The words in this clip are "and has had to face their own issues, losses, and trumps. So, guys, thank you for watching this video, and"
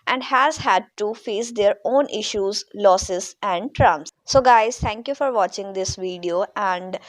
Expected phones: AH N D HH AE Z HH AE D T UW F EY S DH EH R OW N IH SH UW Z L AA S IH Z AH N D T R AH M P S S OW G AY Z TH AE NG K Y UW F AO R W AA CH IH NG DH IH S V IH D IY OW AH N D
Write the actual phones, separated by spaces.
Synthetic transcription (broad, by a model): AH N D HH AE Z HH AE D T UW F EY S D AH R OW N IH SH UW Z L AA S IH Z AH N D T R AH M S S OW G AY Z T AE NG K Y UW F AO R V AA CH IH NG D IH S V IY D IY OW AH N D